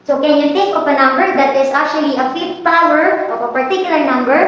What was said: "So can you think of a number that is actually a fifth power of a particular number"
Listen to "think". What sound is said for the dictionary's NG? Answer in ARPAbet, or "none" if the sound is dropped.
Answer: none